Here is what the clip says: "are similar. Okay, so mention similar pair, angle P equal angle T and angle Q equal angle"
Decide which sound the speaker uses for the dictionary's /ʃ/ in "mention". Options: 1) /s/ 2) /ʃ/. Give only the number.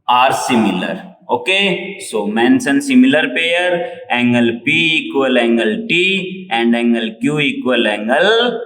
1